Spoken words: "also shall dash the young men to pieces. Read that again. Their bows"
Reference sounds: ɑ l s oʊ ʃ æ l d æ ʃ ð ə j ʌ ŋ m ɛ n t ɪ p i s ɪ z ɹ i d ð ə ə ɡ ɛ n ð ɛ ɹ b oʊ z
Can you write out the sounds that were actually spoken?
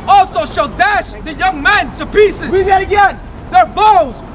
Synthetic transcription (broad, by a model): ɑ l s oʊ ʃ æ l d æ ʃ ð ə j ʌ ŋ m ɛ n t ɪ p i s ɪ z w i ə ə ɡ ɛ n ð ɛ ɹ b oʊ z